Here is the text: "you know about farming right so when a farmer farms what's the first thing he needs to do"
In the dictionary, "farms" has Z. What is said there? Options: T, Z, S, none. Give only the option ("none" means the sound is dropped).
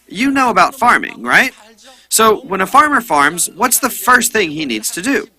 Z